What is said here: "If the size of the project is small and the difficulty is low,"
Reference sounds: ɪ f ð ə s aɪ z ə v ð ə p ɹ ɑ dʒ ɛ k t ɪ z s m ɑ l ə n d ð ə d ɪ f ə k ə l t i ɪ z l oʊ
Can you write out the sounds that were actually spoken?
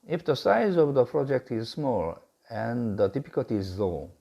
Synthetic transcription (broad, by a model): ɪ f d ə s aɪ z ə v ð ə p ɹ ɑ dʒ ɛ k t ɪ z s m ɑ l ə n d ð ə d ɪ p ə k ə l t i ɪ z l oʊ